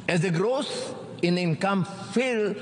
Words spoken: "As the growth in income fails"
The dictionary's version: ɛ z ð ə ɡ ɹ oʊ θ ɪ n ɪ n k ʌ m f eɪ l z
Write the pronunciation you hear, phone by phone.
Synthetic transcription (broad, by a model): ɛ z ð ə ɡ ɹ oʊ s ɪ n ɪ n k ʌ m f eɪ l